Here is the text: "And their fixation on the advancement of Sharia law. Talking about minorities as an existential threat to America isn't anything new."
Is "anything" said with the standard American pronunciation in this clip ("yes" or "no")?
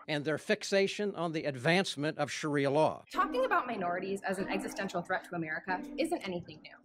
yes